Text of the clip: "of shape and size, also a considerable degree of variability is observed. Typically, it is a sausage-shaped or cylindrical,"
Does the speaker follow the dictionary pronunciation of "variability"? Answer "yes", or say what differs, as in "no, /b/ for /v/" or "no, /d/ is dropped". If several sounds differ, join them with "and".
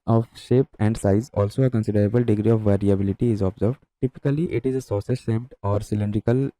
yes